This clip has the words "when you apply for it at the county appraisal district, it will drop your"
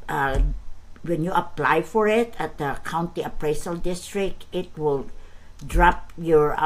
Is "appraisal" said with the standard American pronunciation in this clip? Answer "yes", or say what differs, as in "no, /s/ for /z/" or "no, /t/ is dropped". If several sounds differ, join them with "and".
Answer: no, /s/ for /z/